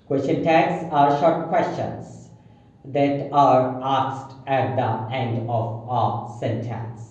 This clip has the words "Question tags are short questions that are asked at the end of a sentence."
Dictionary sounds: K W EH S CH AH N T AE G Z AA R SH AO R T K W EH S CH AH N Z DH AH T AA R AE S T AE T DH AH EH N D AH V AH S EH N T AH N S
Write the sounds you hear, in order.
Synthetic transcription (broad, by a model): K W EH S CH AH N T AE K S AA R SH AO R T K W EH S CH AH N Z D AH T AA R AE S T AE T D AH EH N D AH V AH S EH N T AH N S